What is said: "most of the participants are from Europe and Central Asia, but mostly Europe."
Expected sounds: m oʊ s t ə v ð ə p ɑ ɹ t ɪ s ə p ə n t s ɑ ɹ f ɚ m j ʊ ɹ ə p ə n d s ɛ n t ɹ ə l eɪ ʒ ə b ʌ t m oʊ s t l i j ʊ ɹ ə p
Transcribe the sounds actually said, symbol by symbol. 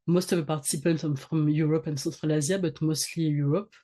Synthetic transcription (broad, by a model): m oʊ s t ə v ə p ɑ ɹ t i s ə p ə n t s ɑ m f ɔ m j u ɹ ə p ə n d s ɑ t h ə l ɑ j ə b ʌ t m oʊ s t l i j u ɹ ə p